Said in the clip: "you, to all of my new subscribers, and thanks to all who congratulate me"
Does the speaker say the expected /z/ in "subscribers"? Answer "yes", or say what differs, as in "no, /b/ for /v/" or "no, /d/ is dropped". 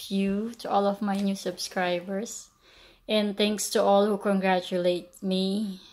no, /s/ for /z/